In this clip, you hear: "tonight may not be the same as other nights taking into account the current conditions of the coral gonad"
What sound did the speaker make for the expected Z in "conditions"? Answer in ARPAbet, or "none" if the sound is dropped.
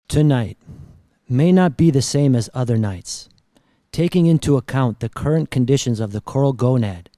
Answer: Z